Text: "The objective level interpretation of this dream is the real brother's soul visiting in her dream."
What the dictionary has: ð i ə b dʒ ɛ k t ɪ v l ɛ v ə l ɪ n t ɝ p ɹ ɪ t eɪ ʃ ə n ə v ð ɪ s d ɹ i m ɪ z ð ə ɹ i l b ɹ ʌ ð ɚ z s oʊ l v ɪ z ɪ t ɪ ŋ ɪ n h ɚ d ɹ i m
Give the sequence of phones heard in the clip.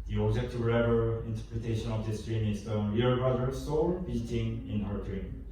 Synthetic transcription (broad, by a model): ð i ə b dʒ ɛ k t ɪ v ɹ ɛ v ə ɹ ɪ n t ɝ p ɹ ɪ t eɪ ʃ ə n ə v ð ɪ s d ɹ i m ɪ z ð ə w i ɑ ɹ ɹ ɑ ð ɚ s oʊ l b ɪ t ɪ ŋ ɪ n h ɚ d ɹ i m